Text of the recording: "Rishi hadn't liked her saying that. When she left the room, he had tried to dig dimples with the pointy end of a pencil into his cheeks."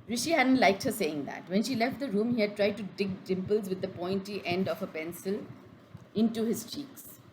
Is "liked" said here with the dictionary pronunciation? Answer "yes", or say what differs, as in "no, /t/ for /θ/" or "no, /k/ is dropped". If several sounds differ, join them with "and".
yes